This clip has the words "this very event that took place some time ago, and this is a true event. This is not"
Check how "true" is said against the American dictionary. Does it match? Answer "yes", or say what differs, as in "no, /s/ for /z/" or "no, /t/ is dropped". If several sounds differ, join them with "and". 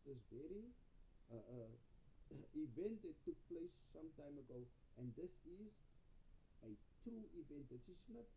no, /ɹ/ is dropped